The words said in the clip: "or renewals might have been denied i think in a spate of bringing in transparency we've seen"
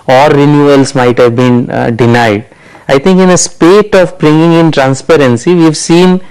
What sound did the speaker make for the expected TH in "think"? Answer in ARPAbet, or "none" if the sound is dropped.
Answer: T